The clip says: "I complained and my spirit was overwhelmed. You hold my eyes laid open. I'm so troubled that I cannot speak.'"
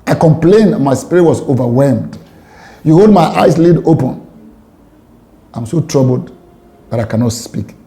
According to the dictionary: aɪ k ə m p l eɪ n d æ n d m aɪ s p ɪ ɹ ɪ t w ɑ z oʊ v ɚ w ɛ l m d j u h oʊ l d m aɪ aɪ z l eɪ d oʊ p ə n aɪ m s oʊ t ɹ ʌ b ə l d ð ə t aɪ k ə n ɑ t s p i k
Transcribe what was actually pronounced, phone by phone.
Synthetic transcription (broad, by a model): aɪ k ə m p l eɪ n n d m aɪ s p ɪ ɹ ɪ t w ɑ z oʊ v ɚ w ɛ l m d j u h oʊ l d m aɪ aɪ s l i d oʊ p ə n aɪ m s oʊ t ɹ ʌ b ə l d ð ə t aɪ k ə n ɑ t s p i k